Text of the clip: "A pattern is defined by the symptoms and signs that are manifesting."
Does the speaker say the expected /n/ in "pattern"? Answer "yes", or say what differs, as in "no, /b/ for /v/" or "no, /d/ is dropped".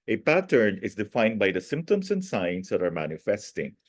yes